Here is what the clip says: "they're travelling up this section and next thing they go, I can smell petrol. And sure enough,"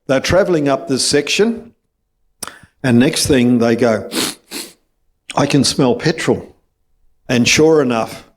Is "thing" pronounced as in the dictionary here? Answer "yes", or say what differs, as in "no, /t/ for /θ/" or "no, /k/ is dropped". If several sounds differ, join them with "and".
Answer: yes